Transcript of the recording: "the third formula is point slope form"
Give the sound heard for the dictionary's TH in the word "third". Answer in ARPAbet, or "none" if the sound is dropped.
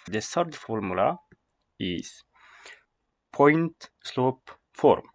S